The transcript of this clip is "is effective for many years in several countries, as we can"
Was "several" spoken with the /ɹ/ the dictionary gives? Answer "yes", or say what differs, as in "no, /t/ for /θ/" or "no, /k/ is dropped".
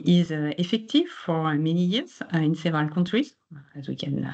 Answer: no, /ɹ/ is dropped